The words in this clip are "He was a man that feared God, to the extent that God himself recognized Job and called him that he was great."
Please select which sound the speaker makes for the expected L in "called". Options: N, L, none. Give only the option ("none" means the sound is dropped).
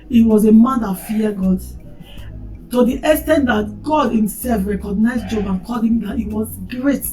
none